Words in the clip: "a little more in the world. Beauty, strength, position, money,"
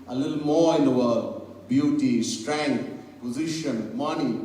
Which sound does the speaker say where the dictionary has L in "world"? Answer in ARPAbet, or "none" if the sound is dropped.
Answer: none